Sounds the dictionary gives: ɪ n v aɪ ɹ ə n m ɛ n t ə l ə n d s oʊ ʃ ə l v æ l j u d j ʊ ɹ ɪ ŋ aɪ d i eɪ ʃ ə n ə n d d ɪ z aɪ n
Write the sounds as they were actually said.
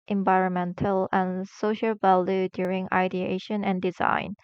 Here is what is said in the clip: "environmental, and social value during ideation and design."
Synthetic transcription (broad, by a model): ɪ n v aɪ ɹ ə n m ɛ n t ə l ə n s oʊ ʃ ə l v æ l j u d j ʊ ɹ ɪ ŋ aɪ d i eɪ ʃ ə n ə n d d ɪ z aɪ n